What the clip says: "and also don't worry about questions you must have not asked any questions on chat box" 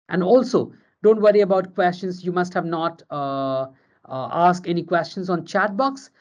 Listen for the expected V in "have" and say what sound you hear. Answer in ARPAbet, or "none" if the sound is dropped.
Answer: V